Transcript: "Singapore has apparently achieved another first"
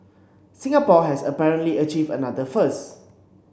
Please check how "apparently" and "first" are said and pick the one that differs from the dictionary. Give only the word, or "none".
first